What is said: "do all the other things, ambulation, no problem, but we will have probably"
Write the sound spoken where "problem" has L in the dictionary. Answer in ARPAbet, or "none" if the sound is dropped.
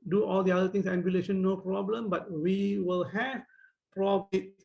L